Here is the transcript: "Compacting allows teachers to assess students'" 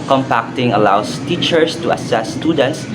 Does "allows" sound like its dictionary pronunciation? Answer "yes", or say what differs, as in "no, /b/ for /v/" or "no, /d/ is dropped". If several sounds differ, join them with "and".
no, /s/ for /z/